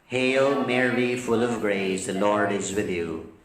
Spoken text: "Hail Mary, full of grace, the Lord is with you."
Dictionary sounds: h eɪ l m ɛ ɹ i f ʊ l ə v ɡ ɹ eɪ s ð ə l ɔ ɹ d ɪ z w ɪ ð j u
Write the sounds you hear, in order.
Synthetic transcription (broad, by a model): h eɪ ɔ m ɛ ɹ i f ʊ l ə v ɡ ɹ eɪ s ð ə l ɔ ɹ d ɪ z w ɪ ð j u